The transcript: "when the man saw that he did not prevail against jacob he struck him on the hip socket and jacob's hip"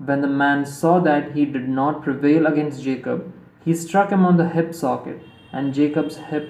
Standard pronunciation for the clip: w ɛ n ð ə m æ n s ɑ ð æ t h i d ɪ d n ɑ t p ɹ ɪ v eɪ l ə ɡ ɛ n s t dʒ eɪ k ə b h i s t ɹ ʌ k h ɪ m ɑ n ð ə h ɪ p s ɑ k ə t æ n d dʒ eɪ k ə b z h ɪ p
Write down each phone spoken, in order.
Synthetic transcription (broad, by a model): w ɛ n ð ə m æ n s ɑ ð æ t h i d ɪ d n ɑ t p ɹ ɪ v eɪ l ə ɡ ɛ n s t dʒ eɪ k ə b h i s t ɹ ʌ k h ɪ m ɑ n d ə h ɪ p s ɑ k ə t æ n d dʒ eɪ k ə b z h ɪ p